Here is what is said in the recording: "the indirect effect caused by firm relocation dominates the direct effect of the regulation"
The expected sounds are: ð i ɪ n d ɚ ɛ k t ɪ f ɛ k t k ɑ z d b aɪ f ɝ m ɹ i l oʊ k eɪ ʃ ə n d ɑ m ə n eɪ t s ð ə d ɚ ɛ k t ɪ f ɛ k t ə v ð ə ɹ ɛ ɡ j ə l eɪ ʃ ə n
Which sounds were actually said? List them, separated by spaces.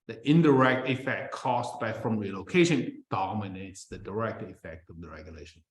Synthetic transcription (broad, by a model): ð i ɪ n d ɚ ɛ k t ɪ f ɛ k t k ɑ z b aɪ f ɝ m ɹ i l oʊ k eɪ ʃ ə n d ɑ m ə n eɪ t s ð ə d ɚ ɛ k t ɪ f ɛ k t ə v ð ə ɹ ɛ ɡ j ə l eɪ ʃ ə n